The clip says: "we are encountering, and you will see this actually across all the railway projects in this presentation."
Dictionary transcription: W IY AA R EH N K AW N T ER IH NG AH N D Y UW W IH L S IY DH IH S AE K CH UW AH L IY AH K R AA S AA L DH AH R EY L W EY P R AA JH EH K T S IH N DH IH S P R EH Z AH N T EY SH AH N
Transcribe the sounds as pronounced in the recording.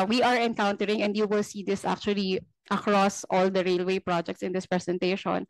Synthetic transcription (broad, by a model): W IY AA R EH N K AW N T ER IH NG AH N D Y UW W IH L S IY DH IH S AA K CH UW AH L IY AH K R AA S AA L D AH R EY L W EY P R AA JH EH K T S IH N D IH S P R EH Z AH N T EY SH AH N